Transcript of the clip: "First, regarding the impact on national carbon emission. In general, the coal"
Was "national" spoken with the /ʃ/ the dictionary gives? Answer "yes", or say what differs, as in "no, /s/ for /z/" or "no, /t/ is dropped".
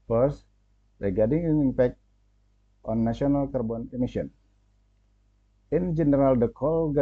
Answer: no, /ʃ/ is dropped